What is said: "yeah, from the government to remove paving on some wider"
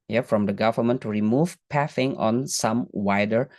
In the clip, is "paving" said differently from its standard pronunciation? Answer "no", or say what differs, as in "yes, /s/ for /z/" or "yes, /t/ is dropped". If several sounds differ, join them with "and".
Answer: yes, /f/ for /v/